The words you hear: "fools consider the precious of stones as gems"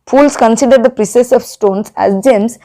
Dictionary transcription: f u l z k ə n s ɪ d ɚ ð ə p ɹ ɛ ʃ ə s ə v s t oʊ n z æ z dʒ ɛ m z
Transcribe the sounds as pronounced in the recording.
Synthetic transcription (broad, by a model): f u l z k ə n s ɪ d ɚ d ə p ɹ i s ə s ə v s t oʊ n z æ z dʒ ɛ m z